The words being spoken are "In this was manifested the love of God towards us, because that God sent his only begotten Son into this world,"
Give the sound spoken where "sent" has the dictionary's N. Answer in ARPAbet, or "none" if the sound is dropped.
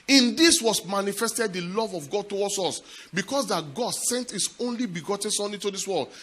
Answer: N